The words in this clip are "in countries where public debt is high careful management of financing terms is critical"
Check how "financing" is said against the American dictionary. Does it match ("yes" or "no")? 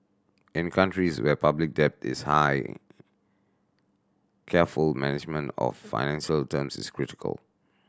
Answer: no